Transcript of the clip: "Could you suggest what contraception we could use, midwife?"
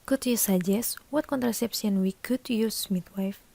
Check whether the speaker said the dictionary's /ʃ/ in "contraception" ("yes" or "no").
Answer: no